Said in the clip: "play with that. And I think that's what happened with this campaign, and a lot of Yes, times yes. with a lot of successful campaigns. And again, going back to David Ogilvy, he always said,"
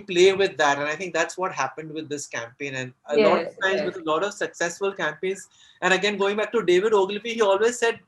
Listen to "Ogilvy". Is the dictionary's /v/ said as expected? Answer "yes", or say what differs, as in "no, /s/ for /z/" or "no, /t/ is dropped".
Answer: no, /f/ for /v/